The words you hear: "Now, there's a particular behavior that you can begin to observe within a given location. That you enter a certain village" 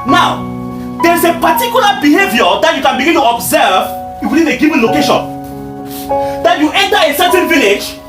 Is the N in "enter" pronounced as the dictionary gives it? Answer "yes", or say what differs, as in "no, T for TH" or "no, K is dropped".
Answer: yes